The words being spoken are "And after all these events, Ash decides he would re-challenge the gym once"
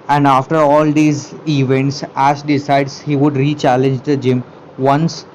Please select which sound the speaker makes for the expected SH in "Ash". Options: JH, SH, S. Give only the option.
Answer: S